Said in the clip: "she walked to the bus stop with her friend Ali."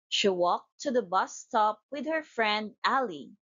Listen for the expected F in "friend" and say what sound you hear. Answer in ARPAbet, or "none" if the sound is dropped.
F